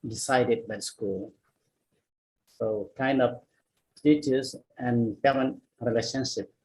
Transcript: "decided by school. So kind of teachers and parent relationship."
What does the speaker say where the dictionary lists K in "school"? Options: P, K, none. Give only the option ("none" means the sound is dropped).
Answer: K